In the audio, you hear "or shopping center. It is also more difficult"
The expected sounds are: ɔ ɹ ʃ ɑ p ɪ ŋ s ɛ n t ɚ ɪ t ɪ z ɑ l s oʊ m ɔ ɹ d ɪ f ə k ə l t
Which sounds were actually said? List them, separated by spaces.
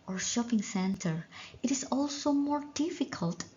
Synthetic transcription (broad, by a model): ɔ ɹ ʃ ɑ p ɪ ŋ s ɛ n t ɚ ɪ t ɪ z ɑ l s oʊ m ɔ ɹ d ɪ f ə k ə l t